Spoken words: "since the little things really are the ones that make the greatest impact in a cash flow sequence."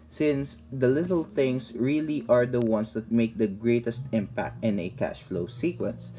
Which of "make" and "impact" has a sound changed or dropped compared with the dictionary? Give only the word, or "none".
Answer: none